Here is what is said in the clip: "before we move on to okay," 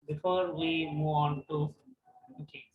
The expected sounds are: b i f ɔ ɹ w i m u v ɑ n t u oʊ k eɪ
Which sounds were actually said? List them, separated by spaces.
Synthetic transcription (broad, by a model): b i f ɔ ɹ w i m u ɑ n t u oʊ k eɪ